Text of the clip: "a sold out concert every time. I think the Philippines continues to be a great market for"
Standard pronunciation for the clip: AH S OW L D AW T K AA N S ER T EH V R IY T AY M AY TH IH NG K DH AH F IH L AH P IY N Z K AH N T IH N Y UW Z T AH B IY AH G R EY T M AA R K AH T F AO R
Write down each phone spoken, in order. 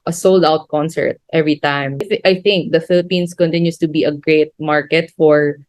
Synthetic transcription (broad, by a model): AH S OW L D AW T K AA N S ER T EH V R IY T AY M AY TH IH NG K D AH F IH L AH P IY N S K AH N T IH N Y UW S T AH B IY AH G R EY T M AA R K AH T F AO R